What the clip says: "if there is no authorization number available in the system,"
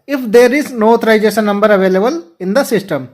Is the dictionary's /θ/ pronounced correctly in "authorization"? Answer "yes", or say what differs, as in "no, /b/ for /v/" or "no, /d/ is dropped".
no, /t/ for /θ/